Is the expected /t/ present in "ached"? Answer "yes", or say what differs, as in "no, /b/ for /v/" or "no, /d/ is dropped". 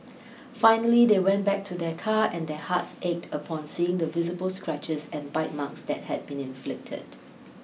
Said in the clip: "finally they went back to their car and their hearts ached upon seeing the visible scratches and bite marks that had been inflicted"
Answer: yes